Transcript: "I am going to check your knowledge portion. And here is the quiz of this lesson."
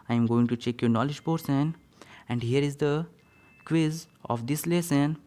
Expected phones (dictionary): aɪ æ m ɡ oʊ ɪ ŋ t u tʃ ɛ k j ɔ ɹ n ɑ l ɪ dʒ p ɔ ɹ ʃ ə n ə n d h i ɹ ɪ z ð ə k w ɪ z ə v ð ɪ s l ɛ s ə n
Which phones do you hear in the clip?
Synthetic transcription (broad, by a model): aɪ m ɡ oʊ ɪ ŋ t u tʃ ɛ k j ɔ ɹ n ɑ l ɪ dʒ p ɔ ɹ s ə n ə n d h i ɹ ɪ z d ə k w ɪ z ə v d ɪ s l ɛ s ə n